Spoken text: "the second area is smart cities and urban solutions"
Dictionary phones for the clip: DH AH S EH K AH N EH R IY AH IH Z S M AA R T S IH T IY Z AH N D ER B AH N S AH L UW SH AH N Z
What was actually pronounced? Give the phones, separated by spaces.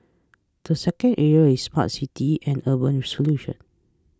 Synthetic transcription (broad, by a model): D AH S EH K AH N EH R IY AH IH S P AA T S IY T IY AH N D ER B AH N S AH L UW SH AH N